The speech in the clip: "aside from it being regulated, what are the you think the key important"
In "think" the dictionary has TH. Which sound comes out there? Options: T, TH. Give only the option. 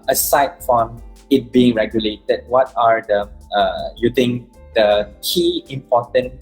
T